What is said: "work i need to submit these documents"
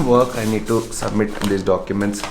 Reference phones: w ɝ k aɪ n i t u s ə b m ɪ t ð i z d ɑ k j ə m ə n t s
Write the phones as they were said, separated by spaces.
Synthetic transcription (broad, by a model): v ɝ k aɪ n i t u s ə b m ɪ t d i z d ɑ k j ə m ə n t s